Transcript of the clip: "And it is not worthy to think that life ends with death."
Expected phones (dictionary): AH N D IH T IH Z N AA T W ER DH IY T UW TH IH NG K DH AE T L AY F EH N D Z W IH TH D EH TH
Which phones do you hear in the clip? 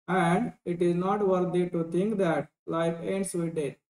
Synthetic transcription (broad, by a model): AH N D IH T IH Z N AA T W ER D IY T UW T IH NG K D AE T L AY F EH N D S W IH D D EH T